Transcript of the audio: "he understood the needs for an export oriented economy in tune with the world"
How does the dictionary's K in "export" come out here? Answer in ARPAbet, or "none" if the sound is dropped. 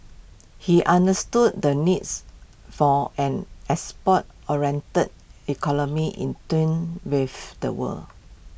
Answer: none